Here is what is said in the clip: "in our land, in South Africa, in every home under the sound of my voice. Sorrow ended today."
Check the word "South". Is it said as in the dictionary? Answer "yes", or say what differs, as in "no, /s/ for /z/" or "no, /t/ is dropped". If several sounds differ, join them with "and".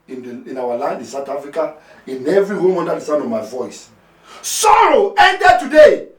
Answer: no, /t/ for /θ/